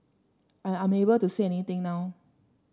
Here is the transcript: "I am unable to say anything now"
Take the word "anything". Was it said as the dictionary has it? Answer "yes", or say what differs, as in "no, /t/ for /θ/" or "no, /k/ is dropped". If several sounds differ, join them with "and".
no, /t/ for /θ/